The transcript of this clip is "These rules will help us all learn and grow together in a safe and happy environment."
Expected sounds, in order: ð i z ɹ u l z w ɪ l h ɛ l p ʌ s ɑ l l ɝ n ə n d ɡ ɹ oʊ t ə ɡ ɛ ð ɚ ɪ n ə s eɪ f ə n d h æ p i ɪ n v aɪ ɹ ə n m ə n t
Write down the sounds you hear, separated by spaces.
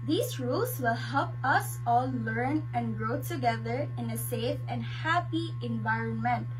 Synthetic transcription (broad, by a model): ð i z ɹ u l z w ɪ l h ɛ l p ʌ s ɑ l l ɝ n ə n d ɡ ɹ oʊ t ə ɡ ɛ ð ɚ ɪ n ə s eɪ f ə n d h æ p i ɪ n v aɪ ɹ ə n m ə n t